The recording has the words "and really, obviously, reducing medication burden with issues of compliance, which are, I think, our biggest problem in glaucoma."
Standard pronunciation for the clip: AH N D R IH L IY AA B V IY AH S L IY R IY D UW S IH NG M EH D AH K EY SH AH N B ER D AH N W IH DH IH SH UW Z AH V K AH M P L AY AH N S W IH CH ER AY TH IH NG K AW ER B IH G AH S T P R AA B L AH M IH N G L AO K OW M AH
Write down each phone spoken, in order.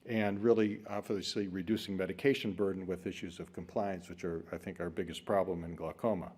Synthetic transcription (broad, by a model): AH N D R IH L IY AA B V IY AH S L IY R IY D UW S IH NG M EH D AH K EY SH AH N B ER D N W IH DH IH SH UW Z AH V K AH M P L AY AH N S W IH CH ER AY TH IH NG K AW ER B IH G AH S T P R AA B L AH M IH N G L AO K OW M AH